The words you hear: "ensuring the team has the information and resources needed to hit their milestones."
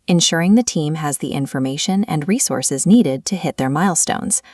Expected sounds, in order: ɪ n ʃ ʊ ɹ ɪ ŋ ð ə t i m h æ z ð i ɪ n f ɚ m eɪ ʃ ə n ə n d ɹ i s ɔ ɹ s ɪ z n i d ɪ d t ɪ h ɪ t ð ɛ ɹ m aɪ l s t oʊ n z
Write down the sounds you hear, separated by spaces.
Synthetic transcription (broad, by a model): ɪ n ʃ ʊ ɹ ɪ ŋ ð ə t i m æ z ð i ɪ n f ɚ m eɪ ʃ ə n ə n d ɹ i s ɔ ɹ s ɪ z n i d ɪ d t ɪ h ɪ t ð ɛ ɹ m aɪ l s t oʊ n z